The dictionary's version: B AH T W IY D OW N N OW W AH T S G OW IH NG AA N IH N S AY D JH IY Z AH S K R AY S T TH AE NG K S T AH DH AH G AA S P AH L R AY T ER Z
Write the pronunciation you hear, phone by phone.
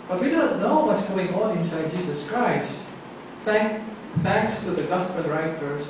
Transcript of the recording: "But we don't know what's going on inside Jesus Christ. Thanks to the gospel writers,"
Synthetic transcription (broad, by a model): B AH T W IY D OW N N OW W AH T G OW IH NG AA N IH N S AY D JH IY Z AH S K R AY S T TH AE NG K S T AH DH AH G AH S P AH N R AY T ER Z